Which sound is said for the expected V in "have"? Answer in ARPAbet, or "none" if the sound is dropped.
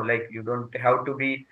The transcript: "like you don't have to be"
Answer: W